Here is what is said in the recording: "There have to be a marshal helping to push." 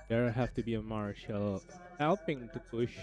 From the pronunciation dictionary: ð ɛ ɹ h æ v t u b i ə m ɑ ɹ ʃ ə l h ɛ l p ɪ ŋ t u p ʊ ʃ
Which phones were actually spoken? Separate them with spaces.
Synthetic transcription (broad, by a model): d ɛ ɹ h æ f t u b i ə m ɑ ɹ ʃ ə l h ɛ l p ɪ ŋ t u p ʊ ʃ